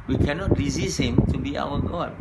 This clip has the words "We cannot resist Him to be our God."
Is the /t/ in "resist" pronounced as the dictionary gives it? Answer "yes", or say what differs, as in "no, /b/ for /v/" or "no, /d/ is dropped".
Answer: no, /t/ is dropped